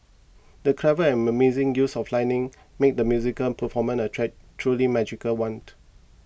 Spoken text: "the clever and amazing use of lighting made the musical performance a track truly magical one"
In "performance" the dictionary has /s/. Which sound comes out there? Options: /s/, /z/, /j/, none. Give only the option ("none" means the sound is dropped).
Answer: none